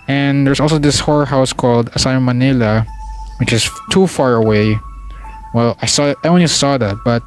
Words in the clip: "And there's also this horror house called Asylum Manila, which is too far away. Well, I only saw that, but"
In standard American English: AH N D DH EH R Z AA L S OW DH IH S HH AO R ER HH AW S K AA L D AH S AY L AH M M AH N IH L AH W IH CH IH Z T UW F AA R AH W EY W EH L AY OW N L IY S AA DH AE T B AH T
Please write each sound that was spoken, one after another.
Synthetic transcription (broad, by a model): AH N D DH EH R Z AA L S OW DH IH S HH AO R HH AW S K AA L D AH S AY AH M M AH N IH L AH W IH CH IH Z T UW F AA R AH W EY W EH L AY OW N L IY S AA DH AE T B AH T